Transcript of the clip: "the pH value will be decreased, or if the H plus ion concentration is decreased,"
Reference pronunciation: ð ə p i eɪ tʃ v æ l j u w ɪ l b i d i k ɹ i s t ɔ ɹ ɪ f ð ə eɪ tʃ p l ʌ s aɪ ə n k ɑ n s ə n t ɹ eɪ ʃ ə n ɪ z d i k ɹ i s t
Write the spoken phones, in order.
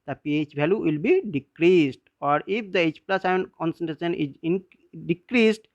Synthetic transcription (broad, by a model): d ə p i eɪ tʃ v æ l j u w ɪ l b i d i k ɹ i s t ɔ ɹ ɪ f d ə eɪ tʃ p l ʌ s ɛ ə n k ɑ n s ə n t ɹ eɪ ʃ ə n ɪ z d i k ɹ i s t